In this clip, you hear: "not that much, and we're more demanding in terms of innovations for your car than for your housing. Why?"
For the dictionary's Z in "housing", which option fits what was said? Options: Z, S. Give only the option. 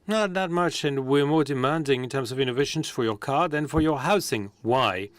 S